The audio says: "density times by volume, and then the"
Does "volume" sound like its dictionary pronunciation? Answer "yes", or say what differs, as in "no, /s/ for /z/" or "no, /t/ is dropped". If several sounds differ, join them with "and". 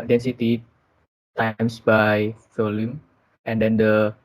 no, /f/ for /v/